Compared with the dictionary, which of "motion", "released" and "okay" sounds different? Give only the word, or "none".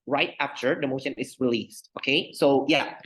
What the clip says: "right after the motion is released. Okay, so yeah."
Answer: none